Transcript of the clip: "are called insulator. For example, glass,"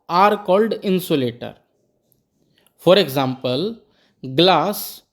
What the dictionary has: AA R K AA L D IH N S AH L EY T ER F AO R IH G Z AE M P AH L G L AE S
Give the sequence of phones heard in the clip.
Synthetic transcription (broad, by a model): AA R K AA L D IH N S AH L EY T ER F AO R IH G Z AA M P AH L G L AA S